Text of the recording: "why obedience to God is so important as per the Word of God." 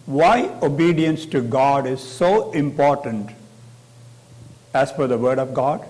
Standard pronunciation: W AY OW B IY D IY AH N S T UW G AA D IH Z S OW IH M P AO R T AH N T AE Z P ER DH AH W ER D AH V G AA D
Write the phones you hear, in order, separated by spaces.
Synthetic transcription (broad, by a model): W AY OW B IY D IY AH N S T UW G AA D IH Z S OW IH M P AO R T AH N T AE Z F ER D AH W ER D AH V G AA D